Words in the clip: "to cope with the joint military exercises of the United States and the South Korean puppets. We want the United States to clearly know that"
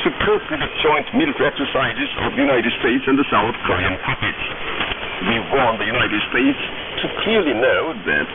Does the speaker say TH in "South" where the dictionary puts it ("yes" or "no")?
yes